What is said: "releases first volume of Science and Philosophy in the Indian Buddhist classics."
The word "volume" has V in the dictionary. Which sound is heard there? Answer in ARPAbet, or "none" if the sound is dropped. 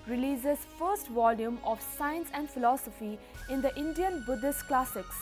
V